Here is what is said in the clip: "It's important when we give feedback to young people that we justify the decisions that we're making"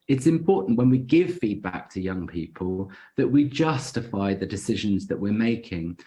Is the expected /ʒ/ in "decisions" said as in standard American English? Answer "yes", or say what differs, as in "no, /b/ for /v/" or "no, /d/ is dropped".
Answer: yes